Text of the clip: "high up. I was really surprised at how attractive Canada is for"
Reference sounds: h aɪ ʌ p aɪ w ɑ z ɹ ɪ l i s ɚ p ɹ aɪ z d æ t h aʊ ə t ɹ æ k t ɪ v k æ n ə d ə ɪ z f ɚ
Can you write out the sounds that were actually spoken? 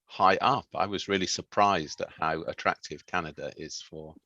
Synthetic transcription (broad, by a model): h aɪ ʌ p aɪ w ɑ z ɹ ɪ l i s ɚ p ɹ aɪ z d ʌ t h aʊ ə t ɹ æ k t ɪ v k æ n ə d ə ɪ z f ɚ